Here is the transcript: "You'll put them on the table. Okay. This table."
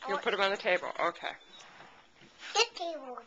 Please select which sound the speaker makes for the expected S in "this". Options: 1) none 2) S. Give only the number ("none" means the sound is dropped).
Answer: 1